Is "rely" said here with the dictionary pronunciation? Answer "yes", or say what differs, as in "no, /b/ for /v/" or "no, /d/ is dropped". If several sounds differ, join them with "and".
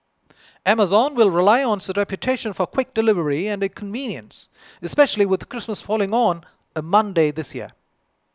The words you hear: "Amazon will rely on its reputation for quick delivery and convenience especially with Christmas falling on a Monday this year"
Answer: yes